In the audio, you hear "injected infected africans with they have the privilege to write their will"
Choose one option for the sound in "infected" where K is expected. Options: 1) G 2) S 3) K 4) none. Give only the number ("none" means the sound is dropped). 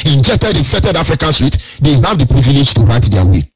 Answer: 4